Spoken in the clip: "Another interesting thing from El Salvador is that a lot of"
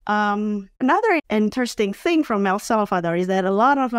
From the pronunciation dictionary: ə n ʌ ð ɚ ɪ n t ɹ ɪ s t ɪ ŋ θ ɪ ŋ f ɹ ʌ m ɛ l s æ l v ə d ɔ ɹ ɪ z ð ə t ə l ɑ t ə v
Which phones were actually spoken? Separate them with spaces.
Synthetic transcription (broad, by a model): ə n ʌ ð ɚ ɪ n t ɹ ɪ s t ɪ ŋ θ ɪ ŋ f ɹ ʌ m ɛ l s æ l f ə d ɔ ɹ ɪ z ð ə t ə l ɑ t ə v